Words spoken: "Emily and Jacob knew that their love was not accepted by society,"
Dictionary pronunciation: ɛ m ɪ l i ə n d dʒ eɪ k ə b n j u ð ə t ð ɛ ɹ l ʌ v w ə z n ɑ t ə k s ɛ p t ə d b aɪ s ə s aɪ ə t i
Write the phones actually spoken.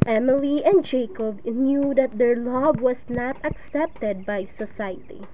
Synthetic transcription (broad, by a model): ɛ m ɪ l i ə n d dʒ eɪ k ə b n j u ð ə t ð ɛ ɹ l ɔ b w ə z n ɑ t ə k s ɛ p t ə d b aɪ s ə s aɪ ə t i